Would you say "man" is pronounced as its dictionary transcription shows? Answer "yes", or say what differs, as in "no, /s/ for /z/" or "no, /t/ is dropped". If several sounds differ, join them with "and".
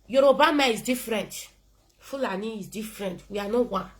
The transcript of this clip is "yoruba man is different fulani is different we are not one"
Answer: no, /n/ is dropped